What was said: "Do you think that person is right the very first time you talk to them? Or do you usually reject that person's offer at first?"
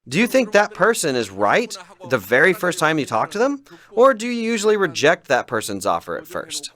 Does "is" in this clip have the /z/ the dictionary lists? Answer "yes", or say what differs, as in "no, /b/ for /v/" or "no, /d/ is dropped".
yes